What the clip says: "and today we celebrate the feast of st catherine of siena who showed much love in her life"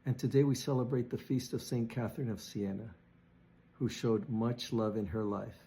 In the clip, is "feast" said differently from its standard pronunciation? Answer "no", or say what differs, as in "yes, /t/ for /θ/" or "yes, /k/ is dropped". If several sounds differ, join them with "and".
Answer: no